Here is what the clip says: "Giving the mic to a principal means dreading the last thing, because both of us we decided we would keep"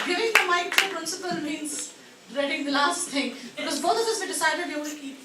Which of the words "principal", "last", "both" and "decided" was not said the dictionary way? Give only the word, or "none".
both